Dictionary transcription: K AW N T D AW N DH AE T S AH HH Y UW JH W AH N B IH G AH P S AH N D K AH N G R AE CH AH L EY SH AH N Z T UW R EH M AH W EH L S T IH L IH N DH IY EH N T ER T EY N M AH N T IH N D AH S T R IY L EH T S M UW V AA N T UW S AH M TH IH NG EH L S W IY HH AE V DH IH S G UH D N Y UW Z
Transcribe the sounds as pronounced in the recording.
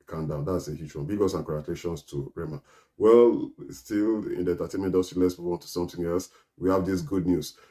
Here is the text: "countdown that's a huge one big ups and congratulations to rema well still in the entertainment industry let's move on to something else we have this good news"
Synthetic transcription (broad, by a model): K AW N D AW N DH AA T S AH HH Y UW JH W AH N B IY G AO S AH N K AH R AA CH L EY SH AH N S T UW R EH M AH W EH L S T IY L IH N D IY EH N T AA T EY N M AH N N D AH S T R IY L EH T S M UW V AA N T UW S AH M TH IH NG EH L S W IY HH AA V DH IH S G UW D N Y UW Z